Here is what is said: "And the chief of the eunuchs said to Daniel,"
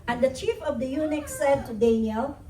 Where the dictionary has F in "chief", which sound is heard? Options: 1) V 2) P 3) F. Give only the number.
3